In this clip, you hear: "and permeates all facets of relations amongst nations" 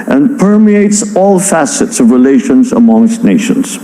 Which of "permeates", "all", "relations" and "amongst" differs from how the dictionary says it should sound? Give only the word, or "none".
none